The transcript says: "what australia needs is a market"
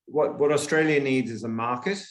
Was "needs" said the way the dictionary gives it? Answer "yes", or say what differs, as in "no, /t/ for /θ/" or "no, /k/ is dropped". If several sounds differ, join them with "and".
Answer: yes